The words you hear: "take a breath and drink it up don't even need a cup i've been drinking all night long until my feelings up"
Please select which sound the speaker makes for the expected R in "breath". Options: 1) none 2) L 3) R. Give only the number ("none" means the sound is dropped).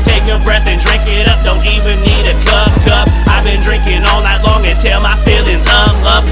3